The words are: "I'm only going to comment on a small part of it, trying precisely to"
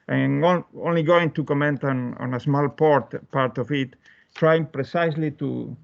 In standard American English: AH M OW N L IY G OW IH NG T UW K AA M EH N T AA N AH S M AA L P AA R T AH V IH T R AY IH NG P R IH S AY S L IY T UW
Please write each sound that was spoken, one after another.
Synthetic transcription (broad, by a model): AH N OW N L IY G OW IH NG T UW K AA M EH N T AA N AH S M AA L P AA R T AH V IH T R AY IH NG P R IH S AY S L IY T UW